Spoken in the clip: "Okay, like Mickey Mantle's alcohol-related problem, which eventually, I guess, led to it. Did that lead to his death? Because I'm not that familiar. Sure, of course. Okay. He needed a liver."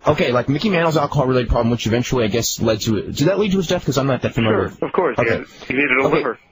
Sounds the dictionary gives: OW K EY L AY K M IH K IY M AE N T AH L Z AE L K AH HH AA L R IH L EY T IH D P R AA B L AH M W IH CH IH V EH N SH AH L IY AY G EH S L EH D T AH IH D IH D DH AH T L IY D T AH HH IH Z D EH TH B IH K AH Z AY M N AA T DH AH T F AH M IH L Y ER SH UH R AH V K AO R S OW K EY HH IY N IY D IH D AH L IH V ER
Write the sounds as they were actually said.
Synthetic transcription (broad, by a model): OW K EY L AY K M IH K IY M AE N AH L Z AE L K AH HH AA L R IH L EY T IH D P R AA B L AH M W IH CH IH V EH N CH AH L IY AY G EH S L EH D T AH IH D IH D DH AH T L IY D T AH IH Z D EH TH K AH Z AY M L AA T DH AH T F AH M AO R AH V K AO R S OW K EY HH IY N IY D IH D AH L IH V ER